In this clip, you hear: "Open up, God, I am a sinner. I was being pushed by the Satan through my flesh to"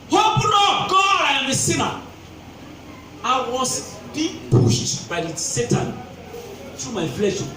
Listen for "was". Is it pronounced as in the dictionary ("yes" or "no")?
no